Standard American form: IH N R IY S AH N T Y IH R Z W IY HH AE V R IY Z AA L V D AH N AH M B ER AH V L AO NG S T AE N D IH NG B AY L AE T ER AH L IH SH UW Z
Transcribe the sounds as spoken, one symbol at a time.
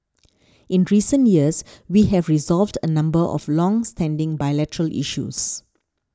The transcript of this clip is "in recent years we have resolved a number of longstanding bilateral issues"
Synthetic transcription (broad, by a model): IH N R IY S AH N T Y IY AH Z W IY HH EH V R IY Z AA L V D AH N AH M B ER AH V L AO NG S T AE N D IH NG B AY L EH T ER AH L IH SH UW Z